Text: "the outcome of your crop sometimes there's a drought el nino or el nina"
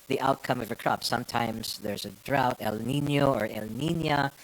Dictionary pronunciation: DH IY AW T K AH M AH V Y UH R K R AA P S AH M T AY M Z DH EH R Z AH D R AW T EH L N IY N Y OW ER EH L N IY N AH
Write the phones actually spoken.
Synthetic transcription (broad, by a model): DH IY AW T K AH M AH V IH K R AA P S AH M T AY M Z DH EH R Z AH D R AW T EH L N IY N Y OW ER EH L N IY N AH